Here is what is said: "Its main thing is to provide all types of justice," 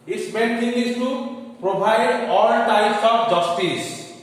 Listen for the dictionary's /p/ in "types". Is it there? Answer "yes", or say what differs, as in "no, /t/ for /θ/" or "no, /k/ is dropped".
no, /p/ is dropped